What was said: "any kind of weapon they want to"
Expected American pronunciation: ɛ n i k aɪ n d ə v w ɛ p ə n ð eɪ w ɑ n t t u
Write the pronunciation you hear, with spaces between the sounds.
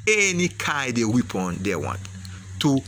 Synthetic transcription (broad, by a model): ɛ n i k aɪ d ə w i p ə n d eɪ w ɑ n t t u